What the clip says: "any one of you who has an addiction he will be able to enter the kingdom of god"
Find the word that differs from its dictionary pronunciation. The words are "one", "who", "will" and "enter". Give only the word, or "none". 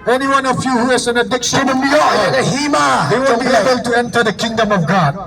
will